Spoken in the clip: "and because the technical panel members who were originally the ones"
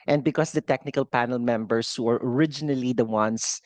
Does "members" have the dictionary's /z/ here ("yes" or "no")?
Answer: no